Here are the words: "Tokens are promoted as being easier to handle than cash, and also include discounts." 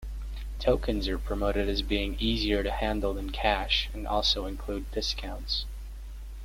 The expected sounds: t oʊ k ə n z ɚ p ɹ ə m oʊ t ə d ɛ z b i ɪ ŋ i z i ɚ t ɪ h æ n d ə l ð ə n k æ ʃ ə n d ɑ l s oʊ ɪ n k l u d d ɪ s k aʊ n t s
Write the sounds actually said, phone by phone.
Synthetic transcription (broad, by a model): t oʊ k ə n z ɚ p ɹ ə m oʊ t ə d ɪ z b i ɪ ŋ i z i ɚ t ɪ h æ n d l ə n k æ ʃ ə n ɑ l s oʊ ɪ n k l u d d ɪ s k aʊ n t s